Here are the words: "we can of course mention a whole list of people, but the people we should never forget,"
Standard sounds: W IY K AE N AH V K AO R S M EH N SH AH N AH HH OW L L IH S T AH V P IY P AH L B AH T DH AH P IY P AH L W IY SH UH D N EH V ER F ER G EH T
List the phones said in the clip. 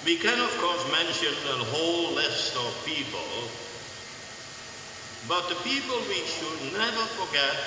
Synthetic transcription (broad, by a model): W IY K AE N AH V K AO R S M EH N SH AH N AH HH OW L L IH S T AH V P IY P AH L B AH T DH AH P IY P AH L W IY SH UH D N EH V ER F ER G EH T